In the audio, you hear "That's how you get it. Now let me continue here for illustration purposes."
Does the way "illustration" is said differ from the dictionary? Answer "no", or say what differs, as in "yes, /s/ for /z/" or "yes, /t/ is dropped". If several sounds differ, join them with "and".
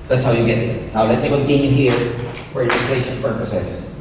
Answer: yes, /s/ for /ʃ/